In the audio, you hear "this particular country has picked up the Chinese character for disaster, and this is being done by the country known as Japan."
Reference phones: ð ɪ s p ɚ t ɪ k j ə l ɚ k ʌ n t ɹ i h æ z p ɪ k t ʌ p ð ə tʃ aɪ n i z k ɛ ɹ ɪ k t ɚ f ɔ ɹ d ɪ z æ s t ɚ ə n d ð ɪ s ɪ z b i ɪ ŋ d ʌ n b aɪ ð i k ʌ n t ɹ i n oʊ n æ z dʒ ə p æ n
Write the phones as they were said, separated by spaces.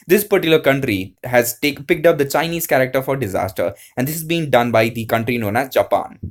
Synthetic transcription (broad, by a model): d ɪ s p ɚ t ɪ j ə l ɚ k ʌ n t ɹ i h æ z p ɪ k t ʌ p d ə tʃ aɪ n i z k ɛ ɹ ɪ k t ɚ f ɔ ɹ d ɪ z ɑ s t ɚ ə n d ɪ s ɪ z b i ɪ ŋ d ʌ n b aɪ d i k ʌ n t ɹ i n oʊ n æ z dʒ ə p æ n